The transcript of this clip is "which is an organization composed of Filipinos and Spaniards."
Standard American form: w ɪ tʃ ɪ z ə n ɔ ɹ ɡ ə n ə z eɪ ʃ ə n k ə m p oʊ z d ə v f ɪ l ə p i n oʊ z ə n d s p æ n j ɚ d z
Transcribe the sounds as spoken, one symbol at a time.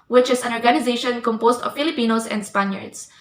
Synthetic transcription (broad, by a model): w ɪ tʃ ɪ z ə n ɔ ɹ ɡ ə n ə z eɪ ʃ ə n k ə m p oʊ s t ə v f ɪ l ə p i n oʊ s ə n d s p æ n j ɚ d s